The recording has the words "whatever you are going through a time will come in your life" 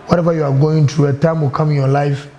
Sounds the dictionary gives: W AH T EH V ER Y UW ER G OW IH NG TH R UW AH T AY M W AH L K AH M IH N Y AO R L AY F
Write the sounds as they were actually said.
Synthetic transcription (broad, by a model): W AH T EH V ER Y UW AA G OW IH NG T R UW AH T AY M W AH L K AH M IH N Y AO L AY F